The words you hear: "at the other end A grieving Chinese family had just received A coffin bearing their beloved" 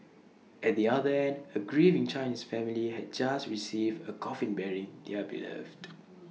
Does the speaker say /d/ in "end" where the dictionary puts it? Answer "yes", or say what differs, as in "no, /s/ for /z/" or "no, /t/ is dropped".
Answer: yes